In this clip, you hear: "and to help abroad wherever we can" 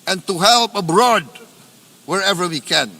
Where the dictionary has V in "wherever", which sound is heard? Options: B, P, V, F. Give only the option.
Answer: V